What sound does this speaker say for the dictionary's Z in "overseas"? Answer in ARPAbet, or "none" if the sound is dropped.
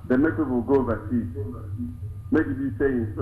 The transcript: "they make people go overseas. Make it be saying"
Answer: none